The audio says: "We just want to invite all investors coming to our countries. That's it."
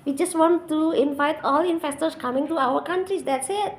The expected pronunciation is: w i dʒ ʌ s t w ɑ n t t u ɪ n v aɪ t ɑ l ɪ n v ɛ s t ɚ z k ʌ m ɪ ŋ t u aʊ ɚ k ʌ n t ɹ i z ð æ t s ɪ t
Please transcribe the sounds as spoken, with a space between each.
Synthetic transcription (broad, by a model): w i dʒ ʌ s t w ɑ n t t u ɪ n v aɪ t ɑ l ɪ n f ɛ s t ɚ s k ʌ m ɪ ŋ t u aʊ ɚ k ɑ n t ɹ i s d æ t s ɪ t